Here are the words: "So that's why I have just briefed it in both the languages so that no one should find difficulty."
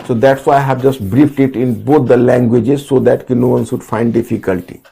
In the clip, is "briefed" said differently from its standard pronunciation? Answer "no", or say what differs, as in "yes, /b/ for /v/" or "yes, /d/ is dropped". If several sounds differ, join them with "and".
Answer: no